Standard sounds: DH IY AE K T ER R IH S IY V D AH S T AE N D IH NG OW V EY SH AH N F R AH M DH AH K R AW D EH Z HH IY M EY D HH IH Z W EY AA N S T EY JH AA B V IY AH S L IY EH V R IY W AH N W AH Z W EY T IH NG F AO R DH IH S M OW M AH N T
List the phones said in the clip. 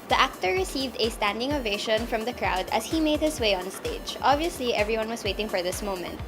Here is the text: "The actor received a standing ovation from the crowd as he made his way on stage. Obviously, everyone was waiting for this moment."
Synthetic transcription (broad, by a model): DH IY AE K T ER R IH S IY V D AH S T AE N D IH NG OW V EY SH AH N F R AH M DH AH K R AW D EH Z HH IY M EY D HH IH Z W EY AA N S T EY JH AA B V IY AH S L IY EH V R IY W AH N W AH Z W EY T IH NG F AO R DH IH S M OW M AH N T